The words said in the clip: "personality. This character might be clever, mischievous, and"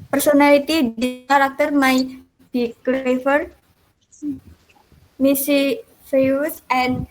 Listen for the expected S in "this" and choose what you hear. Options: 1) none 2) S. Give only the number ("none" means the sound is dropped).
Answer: 1